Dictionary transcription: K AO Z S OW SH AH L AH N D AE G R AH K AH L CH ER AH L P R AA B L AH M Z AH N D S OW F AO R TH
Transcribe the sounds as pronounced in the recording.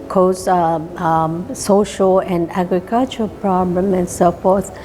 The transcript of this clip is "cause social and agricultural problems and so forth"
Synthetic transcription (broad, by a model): K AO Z S OW SH AH L AH N D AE G R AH K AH L CH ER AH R P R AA B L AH M AH N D S OW F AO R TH